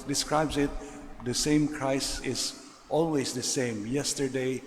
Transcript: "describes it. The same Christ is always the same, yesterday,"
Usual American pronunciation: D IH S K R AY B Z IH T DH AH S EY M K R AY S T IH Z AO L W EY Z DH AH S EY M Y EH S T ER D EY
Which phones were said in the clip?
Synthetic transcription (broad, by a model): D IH S K R AY B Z IH T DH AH S EY M K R AY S IH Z AO L W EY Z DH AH S EY M Y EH S T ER D EY